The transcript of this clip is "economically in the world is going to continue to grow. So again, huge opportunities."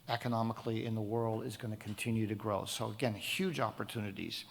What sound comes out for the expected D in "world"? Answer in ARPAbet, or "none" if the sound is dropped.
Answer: D